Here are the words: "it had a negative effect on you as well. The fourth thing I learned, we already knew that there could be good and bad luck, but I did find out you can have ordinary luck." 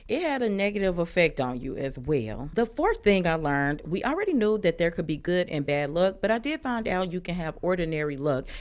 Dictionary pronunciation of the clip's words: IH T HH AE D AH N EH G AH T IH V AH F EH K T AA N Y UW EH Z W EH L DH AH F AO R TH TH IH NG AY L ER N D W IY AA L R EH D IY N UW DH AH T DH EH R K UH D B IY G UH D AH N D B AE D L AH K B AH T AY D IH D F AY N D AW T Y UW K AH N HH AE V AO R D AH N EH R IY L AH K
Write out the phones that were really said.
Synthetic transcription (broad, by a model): IH T HH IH D AH N EH G AH T IH V AH F EH K T N Y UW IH Z W EH L DH AH F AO R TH TH IH NG AY L ER N D W IY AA L R EH D IY N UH DH AH T DH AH R K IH D B IY G UH D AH N B AE D L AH K B AH T AY D IH D F AY N D AW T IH K AH N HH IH V AO R D N EH R IY L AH K